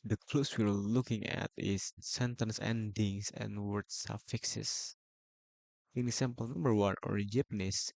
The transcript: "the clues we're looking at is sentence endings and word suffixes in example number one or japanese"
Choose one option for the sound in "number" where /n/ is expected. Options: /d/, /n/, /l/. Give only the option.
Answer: /n/